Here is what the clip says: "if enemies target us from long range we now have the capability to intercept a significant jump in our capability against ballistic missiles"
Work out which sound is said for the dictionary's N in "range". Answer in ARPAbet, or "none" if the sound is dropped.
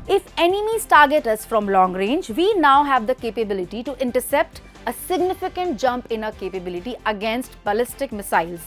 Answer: N